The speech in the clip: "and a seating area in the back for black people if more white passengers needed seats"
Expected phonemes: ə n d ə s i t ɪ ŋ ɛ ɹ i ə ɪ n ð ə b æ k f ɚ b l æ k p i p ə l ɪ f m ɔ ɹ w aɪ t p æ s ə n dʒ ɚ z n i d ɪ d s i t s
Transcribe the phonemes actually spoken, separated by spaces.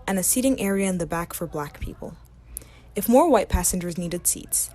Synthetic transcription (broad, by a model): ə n ə s i t ɪ ŋ ɛ ɹ i ə ɪ n ð ə b æ k f ɚ b l æ k p i p ə l ɪ f m ɔ ɹ w aɪ t p æ s ə n dʒ ɚ z n i d ɪ d s i t s